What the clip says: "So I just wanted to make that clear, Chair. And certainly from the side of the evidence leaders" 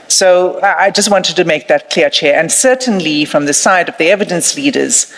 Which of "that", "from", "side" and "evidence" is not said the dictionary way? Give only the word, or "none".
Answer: none